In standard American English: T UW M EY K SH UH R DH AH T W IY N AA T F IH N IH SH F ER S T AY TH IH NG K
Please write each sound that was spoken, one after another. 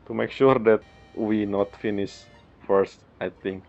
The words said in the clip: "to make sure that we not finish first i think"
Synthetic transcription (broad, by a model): T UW M EY K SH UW R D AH T W IY N AA T F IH N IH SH F ER S T AY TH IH NG K